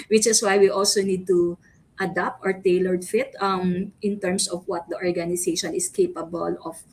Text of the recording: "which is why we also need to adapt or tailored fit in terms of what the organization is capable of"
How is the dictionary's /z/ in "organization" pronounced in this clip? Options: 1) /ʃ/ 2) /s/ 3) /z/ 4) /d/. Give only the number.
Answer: 2